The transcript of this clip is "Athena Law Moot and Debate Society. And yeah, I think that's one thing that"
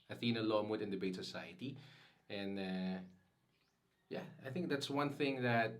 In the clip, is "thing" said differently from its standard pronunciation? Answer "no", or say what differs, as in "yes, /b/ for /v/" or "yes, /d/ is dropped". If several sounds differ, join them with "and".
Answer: no